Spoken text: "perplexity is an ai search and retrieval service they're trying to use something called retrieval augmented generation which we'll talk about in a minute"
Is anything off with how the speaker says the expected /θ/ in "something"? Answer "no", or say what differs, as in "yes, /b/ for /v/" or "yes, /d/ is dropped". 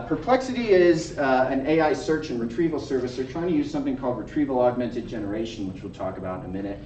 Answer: no